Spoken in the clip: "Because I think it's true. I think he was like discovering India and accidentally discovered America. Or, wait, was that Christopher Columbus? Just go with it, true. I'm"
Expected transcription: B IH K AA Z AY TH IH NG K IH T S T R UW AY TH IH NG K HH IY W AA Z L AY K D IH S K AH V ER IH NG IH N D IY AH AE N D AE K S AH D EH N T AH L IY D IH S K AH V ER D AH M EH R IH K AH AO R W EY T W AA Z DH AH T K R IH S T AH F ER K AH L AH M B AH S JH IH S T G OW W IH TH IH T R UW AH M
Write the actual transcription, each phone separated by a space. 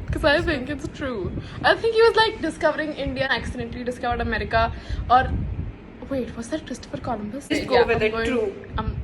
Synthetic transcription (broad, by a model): K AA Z AY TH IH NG K IH T S T R UW AY T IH NG K HH IY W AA Z L AY K D IH S K AH V ER IH NG IH N D IY AH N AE K S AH D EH N T L IY D IH S K AH V ER D AH M EH R IH K AH AO R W EY T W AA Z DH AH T K R IH S T AH F ER K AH L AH M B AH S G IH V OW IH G IH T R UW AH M